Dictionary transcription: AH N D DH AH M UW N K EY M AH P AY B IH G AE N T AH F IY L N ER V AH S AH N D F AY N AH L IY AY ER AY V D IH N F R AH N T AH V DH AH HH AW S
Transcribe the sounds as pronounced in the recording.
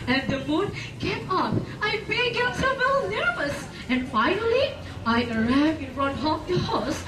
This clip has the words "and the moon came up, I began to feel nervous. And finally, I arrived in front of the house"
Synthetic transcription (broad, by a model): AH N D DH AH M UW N K EY M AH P AY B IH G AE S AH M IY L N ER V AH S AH N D F AY N AH L IY AY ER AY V IH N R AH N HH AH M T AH HH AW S